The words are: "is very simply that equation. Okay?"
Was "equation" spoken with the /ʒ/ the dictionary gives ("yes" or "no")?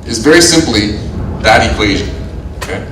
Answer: yes